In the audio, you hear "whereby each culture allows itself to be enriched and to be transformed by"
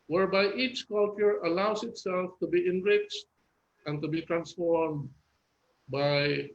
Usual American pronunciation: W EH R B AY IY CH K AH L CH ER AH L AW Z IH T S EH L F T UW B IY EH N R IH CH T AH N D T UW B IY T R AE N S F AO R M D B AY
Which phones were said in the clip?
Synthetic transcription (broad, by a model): W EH R B AY IY CH K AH L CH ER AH L AW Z IH T S EH L F T UW B IY EH N R IH CH T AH N T UW B IY T R AE N S F AO R M D B AY